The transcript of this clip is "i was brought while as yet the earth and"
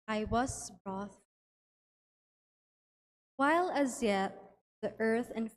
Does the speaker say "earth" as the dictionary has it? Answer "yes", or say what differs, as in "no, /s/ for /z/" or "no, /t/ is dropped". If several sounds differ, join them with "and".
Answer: yes